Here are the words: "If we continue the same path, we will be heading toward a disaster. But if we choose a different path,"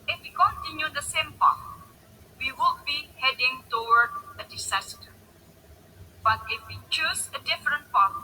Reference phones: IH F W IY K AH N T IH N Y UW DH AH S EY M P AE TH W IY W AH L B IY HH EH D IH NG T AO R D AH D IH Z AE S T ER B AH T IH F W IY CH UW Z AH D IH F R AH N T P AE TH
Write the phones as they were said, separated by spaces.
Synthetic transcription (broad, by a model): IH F W IY K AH N T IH N Y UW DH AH S EY M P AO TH W IY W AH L B IY HH EH D IH NG T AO W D AH D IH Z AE S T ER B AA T IH F W IY CH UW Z AH D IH F R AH N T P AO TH